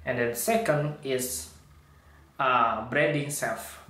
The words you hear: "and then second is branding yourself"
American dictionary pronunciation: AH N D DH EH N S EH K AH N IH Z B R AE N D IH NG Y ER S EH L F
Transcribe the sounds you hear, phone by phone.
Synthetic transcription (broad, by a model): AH N D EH N S EH K AH N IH S B R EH D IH NG S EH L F